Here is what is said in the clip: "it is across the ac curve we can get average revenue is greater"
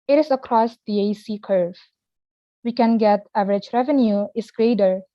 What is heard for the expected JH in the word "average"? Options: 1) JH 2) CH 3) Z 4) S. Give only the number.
1